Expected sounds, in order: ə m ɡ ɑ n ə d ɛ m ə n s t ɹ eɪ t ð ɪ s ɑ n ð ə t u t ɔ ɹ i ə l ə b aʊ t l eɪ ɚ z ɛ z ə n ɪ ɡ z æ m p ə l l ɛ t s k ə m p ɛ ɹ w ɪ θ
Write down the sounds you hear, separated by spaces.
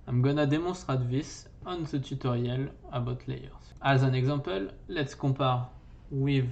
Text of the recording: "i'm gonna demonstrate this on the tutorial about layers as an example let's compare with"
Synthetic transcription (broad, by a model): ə m ɡ ɑ n ə d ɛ m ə s t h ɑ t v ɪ s ɑ n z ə t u t ɔ ɹ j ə l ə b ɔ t l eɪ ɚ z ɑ z ə n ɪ ɡ z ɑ p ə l l ɛ t s k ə p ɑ ɹ w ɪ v